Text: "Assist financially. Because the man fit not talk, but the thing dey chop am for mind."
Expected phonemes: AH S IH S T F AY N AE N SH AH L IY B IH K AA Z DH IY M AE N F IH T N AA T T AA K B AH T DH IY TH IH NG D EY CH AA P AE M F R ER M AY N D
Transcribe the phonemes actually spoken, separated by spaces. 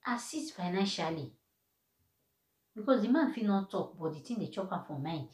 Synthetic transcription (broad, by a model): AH S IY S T F AY N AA N SH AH L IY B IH K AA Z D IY M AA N F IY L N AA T T AA K B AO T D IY T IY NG D EY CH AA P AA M F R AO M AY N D